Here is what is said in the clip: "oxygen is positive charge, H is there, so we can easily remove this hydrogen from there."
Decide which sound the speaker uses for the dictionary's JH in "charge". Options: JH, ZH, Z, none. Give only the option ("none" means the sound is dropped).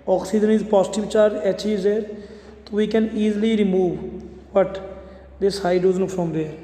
none